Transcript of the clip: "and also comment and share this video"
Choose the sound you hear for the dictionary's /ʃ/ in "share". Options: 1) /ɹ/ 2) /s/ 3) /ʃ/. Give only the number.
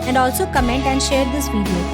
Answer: 3